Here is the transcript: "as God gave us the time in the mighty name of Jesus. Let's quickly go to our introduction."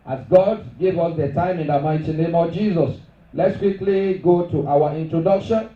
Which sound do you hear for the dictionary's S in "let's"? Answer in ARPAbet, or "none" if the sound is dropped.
S